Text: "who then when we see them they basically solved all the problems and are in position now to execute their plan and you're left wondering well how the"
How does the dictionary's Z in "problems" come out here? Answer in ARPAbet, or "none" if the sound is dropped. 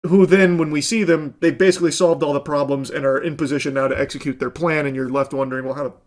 Z